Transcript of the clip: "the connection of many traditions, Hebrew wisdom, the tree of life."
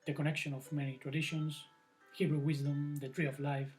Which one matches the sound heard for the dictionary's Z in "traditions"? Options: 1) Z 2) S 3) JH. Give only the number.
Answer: 2